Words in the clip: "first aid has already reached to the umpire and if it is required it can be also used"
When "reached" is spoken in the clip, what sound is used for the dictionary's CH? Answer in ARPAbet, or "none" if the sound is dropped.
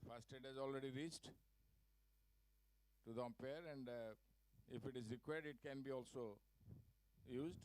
S